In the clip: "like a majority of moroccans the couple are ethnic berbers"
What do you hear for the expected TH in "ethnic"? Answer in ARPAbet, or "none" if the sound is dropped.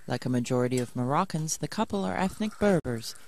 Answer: TH